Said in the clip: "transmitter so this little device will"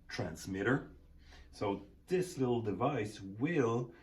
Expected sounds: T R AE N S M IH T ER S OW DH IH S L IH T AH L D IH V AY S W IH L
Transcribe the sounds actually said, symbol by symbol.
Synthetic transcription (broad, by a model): T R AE N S M IH T ER S OW DH IH S L IH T L D IH V AY S W IH L